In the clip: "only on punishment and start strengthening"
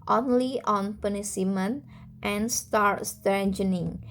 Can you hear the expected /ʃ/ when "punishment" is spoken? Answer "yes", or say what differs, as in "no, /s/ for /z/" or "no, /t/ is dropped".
no, /s/ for /ʃ/